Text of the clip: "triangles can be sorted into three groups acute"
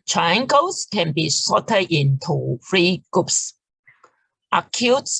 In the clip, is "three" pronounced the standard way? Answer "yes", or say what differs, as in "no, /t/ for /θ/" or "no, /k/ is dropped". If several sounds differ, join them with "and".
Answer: no, /f/ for /θ/